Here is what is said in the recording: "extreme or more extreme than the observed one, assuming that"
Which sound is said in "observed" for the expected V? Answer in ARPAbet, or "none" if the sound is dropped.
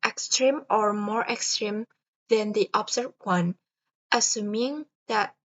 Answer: none